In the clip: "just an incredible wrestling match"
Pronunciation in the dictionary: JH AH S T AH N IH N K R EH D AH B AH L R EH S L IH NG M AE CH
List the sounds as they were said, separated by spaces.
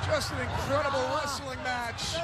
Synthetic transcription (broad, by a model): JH AH S T AH N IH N K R EH D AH B L L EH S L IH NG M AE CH